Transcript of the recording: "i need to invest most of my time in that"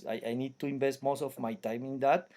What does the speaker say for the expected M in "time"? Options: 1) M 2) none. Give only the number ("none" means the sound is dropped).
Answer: 1